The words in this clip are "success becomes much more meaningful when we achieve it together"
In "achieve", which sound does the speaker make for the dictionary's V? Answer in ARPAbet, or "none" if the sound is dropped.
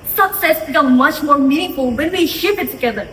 P